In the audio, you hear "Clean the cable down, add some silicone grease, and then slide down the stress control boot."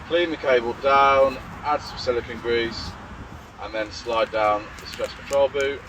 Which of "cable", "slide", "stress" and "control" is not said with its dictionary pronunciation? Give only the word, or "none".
control